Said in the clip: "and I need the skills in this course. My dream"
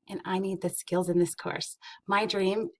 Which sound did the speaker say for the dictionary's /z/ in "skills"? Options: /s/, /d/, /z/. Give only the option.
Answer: /z/